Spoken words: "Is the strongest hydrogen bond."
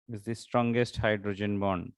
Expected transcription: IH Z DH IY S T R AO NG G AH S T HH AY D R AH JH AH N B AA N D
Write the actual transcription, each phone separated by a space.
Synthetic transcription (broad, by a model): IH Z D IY S T R AO NG G AH S T HH AY D R AH JH AH N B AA N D